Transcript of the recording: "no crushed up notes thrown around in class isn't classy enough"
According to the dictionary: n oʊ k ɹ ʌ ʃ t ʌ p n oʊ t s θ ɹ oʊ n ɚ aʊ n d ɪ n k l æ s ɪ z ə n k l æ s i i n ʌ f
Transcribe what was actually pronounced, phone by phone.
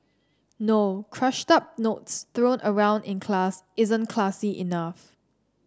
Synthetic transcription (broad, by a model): n oʊ k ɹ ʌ ʃ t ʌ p n oʊ t s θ ɹ oʊ n ɚ aʊ n d ɪ n k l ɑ s ɪ z ə n k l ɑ s i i n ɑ f